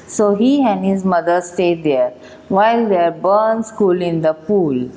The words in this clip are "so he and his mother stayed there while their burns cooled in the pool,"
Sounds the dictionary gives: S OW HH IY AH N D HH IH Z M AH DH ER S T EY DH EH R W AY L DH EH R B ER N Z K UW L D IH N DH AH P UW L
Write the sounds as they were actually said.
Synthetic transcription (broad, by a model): S OW HH IY AH N D HH IH Z M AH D ER S T EY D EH R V AY L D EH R B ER N S K UW L IH N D AH P UW L